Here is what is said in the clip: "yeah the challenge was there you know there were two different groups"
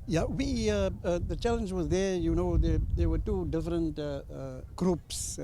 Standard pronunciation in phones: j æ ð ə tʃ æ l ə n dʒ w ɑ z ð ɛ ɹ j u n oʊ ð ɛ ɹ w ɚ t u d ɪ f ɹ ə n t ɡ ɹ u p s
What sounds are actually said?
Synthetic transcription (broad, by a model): j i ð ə tʃ æ l ə n dʒ w ɑ z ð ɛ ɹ j u n oʊ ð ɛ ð w ɚ t u d ɪ f ɹ ə n t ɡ ɹ u p s